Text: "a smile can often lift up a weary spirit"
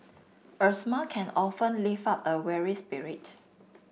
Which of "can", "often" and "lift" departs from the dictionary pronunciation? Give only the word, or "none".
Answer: lift